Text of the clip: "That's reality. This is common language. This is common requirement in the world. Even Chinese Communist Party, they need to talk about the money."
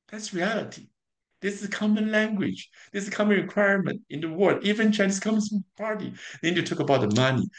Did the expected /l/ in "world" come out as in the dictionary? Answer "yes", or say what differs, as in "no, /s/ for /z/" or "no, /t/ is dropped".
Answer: no, /l/ is dropped